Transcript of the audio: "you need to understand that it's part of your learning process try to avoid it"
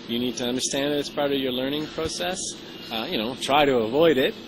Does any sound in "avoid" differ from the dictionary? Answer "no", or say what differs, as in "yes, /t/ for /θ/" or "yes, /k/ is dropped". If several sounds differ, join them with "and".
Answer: no